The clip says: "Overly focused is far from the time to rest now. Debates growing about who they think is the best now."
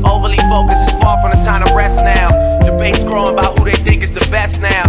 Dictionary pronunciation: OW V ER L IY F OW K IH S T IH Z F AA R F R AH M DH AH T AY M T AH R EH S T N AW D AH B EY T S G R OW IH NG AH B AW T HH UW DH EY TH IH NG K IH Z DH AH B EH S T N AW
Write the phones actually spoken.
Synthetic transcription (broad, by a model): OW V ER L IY F OW K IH S IH Z F AA R F R AH M DH AH T AY M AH R EH S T N AW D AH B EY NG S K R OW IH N AH B AW T HH UW DH EY TH IH NG K IH Z DH AH B EH S T N AW